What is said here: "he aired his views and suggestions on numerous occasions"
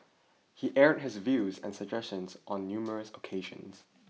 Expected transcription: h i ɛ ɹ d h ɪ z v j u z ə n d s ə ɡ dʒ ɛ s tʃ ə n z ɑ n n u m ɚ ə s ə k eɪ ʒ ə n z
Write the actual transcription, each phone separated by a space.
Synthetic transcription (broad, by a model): h i ɛ ɹ d h ɪ z v j u z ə n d s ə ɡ dʒ ɛ s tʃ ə n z ɑ n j u m ɚ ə s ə k eɪ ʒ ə n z